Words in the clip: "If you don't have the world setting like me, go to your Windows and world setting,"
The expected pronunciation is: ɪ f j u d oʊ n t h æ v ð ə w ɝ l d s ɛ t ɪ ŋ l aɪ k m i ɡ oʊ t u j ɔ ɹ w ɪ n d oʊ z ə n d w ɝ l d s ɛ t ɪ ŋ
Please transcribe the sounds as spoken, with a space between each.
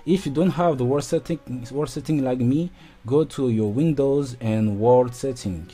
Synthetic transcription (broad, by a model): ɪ f j u d oʊ n t h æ v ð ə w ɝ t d s ɛ t ɪ ŋ l aɪ k m i ɡ oʊ t u j ɔ ɹ w ɪ n d oʊ z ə n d w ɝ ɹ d s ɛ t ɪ ŋ